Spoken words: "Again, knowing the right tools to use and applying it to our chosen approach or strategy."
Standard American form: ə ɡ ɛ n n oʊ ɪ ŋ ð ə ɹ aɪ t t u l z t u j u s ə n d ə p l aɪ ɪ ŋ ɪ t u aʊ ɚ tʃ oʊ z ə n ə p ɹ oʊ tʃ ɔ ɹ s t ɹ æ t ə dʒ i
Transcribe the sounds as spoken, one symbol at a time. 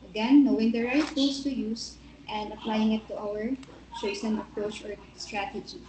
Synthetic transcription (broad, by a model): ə ɡ ɛ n n oʊ ɪ ŋ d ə ɹ aɪ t t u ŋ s t u j u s ə n d ə p l aɪ ɪ ŋ ɪ t u aʊ ɚ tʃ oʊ s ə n ə p ɹ oʊ tʃ ɔ ɹ s t ɹ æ t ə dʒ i